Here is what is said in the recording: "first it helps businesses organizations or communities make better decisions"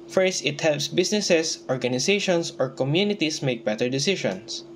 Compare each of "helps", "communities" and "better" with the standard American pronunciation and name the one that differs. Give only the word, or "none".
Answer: communities